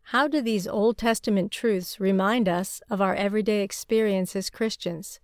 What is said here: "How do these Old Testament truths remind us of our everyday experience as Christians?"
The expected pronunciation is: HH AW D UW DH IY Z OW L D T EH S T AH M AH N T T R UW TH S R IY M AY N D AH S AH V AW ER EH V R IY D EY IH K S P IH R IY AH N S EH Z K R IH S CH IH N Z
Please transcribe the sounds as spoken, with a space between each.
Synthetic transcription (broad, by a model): HH AW D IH DH IY Z OW L D T EH S T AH M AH N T T R UW TH S R IY M AY N D AH S AH V AW ER EH V R IY D EY IH K S P IH R IY AH N S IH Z K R IH S CH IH N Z